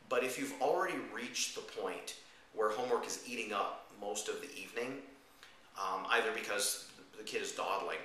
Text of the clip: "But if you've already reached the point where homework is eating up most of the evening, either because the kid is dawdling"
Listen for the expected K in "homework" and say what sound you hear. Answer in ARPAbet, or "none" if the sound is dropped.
K